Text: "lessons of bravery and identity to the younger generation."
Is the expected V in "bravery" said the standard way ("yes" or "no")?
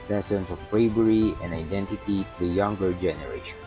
no